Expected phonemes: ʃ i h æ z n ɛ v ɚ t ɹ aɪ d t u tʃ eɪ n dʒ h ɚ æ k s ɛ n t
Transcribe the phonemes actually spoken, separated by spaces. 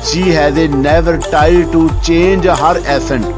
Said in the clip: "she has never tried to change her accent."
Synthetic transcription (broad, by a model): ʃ i h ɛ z n ɛ v ɚ t aɪ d t u tʃ eɪ n dʒ h ɚ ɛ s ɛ n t